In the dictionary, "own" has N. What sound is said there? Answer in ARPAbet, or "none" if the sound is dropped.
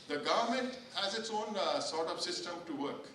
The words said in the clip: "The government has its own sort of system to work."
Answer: N